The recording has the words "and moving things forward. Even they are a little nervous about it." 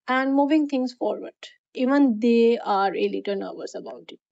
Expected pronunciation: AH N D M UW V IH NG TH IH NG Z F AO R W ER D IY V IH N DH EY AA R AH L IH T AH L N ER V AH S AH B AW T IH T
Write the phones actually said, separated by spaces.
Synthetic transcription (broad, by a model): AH N D M UW V IH NG T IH NG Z F AO R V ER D IY V IH N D EY AA R AH L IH T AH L N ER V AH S AH B AW T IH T